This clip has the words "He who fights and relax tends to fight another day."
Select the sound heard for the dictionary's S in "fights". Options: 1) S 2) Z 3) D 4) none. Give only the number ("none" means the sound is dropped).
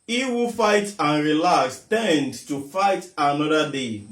4